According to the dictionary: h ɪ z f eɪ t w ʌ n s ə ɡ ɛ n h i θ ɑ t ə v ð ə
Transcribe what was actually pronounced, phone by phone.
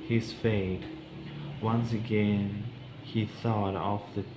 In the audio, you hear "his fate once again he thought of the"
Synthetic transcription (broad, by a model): h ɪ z f eɪ t w ʌ n s ə ɡ ɛ n h i θ ɑ t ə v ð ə